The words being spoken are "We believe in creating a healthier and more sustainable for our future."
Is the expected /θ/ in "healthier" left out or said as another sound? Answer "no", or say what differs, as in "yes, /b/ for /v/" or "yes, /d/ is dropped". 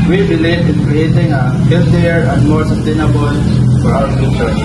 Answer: yes, /t/ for /θ/